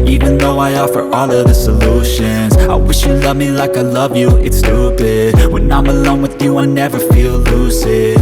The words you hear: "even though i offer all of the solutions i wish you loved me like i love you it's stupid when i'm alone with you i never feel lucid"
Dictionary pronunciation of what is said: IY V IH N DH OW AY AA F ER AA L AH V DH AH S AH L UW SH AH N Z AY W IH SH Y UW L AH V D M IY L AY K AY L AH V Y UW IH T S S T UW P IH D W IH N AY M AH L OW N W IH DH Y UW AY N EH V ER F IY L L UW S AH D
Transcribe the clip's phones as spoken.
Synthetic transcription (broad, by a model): IY V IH N DH OW AY AA F ER AA L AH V DH AH S AH L UW SH AH N Z AY W IH SH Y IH L AH V M IY L AY K AY L AH V Y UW IH T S S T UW B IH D W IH N AY M AH L OW N W IH DH Y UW AY N EH V ER F IY L L UW S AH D